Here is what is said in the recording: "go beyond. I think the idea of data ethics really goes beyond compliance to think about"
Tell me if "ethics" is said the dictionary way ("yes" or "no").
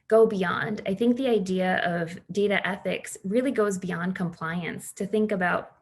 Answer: yes